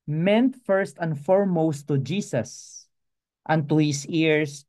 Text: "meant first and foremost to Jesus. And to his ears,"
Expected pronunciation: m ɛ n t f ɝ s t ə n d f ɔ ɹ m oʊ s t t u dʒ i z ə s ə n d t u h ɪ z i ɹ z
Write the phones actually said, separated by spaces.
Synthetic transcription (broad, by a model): m ɛ n t f ɝ s t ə n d f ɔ ɹ m oʊ s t t u dʒ i s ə s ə n t u h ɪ s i ɹ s